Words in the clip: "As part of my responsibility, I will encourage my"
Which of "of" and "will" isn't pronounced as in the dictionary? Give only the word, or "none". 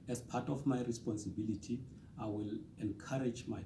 of